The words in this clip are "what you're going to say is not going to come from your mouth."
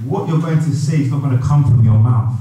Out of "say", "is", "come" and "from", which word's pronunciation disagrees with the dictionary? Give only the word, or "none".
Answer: none